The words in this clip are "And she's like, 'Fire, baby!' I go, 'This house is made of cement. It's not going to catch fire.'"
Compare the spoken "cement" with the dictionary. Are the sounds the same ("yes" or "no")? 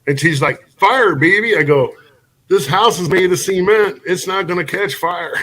no